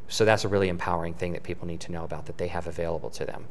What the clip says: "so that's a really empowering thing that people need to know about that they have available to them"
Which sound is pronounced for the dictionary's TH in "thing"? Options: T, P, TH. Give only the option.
TH